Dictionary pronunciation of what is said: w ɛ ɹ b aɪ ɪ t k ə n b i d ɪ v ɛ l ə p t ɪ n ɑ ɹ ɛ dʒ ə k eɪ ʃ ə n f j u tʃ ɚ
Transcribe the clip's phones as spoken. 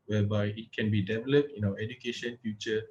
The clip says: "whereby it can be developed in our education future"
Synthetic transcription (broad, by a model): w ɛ b aɪ ɪ t k ə n b i d ɪ v ɛ l ə p t ɪ n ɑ w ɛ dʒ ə k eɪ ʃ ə n f j u tʃ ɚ